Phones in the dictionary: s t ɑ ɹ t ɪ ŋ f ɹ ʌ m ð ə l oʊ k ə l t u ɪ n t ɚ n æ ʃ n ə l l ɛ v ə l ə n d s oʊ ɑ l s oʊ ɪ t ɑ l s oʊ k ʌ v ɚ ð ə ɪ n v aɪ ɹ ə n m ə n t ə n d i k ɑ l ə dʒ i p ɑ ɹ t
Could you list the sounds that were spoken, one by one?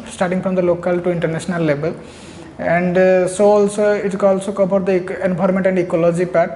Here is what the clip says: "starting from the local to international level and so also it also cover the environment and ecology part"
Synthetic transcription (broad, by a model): s t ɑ ɹ t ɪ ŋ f ɹ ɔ m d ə l oʊ k ə l t u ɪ n t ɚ n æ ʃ n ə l l ɛ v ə l ə n d s oʊ ɑ l s oʊ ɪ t ɑ l s oʊ k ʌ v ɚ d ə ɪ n b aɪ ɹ m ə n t ə n d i k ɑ l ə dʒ i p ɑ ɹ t